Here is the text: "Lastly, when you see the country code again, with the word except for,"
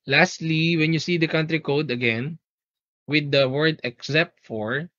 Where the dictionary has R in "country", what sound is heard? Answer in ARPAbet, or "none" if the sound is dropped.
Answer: R